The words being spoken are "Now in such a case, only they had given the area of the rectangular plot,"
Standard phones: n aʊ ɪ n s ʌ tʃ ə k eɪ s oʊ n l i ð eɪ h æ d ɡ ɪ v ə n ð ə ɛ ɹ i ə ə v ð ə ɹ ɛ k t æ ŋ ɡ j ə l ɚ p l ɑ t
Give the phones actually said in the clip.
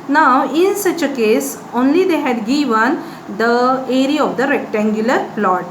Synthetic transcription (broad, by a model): n aʊ ɪ n s ʌ tʃ ə k eɪ s oʊ n l i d eɪ h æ d ɡ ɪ v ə n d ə ɛ ɹ i ə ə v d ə ɹ ɛ k t æ ŋ ɡ j ə l ɚ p l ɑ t